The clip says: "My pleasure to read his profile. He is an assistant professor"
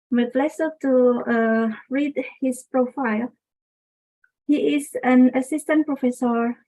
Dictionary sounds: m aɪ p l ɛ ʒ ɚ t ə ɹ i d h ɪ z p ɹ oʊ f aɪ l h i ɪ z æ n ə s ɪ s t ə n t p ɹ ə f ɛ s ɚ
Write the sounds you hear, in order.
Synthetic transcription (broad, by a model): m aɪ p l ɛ s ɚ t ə ɹ i d h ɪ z p ɹ oʊ f aɪ l h i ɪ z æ n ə s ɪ s t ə n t p ɹ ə f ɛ s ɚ